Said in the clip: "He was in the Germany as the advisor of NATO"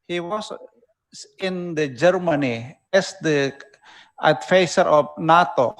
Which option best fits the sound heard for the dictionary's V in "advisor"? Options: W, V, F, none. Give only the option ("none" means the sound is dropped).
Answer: F